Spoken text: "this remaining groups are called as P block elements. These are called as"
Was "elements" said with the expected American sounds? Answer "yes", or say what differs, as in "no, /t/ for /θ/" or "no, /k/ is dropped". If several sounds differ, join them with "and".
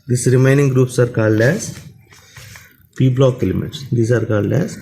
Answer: no, /n/ is dropped